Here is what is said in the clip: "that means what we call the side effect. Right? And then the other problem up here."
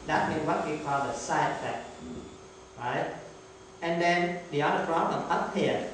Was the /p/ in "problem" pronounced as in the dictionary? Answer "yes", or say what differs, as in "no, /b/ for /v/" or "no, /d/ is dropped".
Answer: no, /f/ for /p/